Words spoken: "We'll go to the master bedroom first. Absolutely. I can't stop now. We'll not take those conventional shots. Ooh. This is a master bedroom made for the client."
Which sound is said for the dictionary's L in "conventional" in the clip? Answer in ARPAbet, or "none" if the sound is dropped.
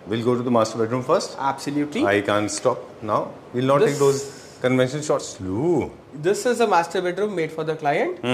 N